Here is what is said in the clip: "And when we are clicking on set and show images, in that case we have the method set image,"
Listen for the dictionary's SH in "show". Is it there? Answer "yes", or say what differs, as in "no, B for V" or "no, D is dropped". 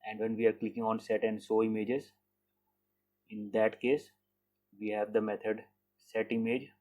no, S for SH